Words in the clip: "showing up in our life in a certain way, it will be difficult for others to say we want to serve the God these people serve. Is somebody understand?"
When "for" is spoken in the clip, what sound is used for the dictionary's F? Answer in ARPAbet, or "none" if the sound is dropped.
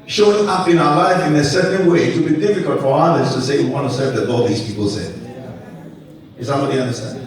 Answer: F